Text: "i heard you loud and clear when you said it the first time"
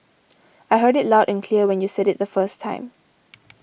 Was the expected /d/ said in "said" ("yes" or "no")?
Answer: yes